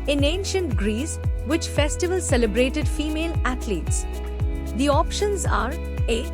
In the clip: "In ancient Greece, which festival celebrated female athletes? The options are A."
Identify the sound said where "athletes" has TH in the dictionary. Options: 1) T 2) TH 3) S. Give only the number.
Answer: 1